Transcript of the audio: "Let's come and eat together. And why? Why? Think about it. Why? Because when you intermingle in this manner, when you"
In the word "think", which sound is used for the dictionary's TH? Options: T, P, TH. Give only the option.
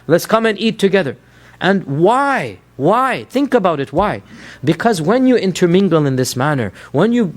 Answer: TH